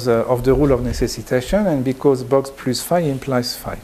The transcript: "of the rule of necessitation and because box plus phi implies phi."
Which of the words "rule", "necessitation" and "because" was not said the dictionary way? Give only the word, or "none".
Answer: none